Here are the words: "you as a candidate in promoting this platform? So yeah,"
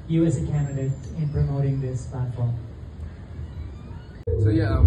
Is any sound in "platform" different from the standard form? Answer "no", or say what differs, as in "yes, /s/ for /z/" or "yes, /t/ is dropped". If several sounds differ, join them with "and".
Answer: no